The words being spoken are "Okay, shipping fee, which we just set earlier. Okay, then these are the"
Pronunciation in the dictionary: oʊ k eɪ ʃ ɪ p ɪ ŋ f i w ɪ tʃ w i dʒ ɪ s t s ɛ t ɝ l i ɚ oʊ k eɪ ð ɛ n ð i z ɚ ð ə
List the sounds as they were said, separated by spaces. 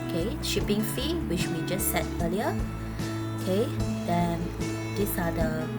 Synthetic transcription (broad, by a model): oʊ k eɪ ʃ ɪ p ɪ ŋ f i w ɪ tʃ w i dʒ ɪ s s ɛ t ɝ l i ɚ oʊ k eɪ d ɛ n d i s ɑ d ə